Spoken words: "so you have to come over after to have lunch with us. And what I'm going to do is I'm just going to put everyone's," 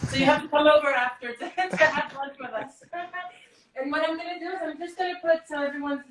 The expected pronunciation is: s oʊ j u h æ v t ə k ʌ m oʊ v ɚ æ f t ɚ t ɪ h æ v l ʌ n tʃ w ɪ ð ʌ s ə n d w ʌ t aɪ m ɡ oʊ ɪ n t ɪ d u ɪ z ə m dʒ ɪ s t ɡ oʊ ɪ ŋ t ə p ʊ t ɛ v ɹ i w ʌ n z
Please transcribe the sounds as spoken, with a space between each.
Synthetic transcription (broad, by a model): s oʊ j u h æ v t ə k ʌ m oʊ v ɚ æ f t ɚ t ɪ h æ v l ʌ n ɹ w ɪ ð ʌ s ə n w ʌ t aɪ m ɡ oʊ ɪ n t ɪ d u ɪ z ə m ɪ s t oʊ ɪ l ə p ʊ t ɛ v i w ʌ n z